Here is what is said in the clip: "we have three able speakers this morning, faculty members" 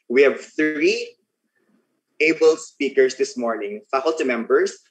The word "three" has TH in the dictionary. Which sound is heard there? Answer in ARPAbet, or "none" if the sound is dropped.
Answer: TH